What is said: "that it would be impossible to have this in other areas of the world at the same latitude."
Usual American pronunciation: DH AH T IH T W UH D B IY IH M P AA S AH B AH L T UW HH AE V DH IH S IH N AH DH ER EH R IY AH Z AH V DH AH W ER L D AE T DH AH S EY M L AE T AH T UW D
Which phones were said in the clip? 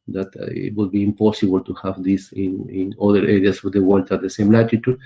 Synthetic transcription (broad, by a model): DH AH T IH T W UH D B IY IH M P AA S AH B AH L T UW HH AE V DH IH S IH N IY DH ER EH R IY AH S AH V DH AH W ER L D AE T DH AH S EY M L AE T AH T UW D